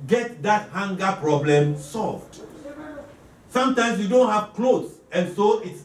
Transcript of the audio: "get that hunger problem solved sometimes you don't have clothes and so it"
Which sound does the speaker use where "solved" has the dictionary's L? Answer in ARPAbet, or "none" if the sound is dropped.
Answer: L